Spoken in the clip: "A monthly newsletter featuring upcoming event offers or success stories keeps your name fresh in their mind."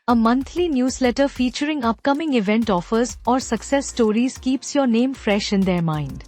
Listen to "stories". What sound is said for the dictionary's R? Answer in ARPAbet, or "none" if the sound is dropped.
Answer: R